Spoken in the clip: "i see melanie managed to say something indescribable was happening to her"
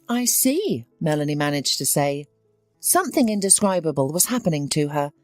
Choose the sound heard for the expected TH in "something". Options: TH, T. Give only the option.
TH